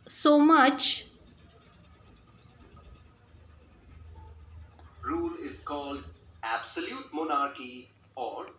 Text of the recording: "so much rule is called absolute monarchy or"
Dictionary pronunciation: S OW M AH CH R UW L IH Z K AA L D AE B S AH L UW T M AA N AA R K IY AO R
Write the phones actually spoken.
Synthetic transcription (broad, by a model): S OW M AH CH R UW L IH Z K AA L D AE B S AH L UW T M AA N AA R K IY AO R